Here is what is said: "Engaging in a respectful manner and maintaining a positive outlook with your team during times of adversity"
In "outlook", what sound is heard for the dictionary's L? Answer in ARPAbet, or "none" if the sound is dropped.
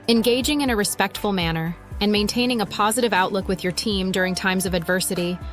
L